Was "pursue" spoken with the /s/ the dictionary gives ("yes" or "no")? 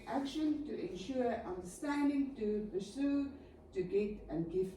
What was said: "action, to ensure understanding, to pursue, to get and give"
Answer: yes